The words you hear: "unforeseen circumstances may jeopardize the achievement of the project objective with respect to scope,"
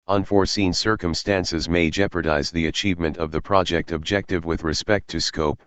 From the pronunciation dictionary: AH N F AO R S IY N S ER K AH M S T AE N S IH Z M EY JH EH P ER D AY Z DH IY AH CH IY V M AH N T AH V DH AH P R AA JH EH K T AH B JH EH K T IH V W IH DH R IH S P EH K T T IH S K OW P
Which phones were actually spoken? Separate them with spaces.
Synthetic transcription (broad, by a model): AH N F AO R S IY N S ER K AH M S T AE N S IH Z M EY JH EH P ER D AY Z DH IY AH CH IY V M AH N T AH V DH AH P R AA JH EH K T AH B JH EH K T IH V W IH DH R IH S P EH K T T IH S K OW P